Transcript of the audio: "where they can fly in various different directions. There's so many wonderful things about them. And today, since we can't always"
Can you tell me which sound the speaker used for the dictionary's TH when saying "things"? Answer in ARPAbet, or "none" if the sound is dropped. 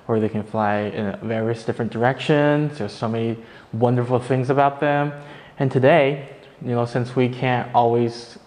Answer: TH